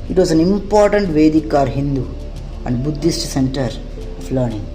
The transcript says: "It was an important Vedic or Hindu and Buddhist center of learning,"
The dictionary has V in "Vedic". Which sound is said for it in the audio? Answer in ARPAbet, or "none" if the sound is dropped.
V